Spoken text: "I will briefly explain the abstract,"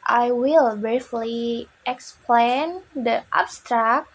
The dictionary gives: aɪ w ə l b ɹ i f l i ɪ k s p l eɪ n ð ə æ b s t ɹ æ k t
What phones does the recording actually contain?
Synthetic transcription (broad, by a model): aɪ w ə l b ɹ i f l i ɪ k s p l eɪ n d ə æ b s t ɹ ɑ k